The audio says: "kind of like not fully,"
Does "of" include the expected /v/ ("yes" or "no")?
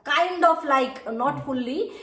no